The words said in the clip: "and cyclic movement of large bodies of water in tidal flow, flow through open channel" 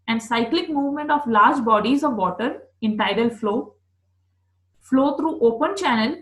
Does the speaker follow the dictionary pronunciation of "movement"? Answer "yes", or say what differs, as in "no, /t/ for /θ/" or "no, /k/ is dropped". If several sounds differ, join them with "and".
yes